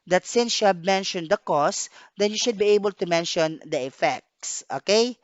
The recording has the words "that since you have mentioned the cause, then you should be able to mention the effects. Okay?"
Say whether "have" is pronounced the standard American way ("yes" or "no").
no